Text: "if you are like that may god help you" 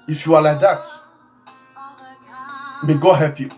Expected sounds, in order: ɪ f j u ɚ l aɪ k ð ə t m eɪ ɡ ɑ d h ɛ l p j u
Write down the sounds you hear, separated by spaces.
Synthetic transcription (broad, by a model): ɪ f j u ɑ l aɪ k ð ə t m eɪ ɡ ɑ h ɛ p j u